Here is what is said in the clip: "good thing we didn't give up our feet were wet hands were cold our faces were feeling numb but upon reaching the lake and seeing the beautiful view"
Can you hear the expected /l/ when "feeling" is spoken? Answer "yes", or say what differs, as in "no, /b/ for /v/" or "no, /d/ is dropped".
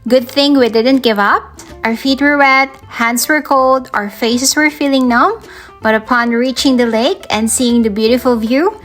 yes